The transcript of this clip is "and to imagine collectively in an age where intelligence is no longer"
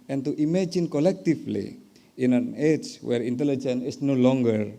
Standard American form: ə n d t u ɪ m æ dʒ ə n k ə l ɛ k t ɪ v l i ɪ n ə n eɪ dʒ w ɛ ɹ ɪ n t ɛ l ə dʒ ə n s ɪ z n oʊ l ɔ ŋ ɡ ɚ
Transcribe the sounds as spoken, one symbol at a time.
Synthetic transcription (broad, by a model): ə n t u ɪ m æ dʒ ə n k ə l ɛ k t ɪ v l i ɪ n ə n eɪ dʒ w ɛ ɹ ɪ n t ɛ l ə dʒ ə n ɪ s n oʊ l ɔ ŋ ɡ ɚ